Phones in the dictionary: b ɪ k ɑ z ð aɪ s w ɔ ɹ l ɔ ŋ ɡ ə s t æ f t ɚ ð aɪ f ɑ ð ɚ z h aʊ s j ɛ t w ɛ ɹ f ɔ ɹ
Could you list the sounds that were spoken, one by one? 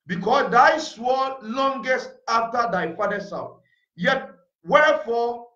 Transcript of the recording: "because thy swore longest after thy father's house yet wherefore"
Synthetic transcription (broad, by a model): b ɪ k ɑ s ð aɪ s w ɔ l ɔ ŋ ɡ ə s t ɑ f t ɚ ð aɪ f ɑ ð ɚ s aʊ θ j ɛ t w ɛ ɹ f ɔ